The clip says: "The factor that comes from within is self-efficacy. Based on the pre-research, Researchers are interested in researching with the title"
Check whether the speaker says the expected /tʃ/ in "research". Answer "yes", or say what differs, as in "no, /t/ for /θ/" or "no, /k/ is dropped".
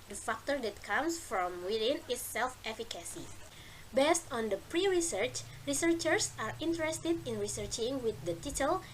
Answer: yes